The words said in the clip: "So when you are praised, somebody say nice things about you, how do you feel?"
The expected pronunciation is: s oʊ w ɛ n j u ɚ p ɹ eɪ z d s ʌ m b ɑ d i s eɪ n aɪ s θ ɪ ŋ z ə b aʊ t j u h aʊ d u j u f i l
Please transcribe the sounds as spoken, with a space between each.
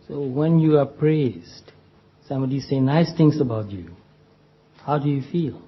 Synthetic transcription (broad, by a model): s oʊ w ɛ n j u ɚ p ɹ eɪ z d s ʌ m b ɑ d i s eɪ n aɪ s t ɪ ŋ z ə b aʊ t j u h aʊ d u j u f i l